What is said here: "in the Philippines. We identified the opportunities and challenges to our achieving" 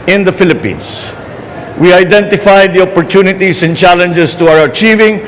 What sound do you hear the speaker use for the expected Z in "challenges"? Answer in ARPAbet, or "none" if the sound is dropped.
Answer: S